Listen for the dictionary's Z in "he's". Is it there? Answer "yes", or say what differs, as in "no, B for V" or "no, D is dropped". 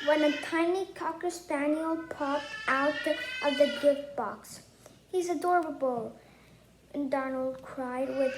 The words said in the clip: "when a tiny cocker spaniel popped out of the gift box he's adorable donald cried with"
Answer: yes